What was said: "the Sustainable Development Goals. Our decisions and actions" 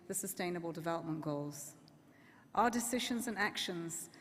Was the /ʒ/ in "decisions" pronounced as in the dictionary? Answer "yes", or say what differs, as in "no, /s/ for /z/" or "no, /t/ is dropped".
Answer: yes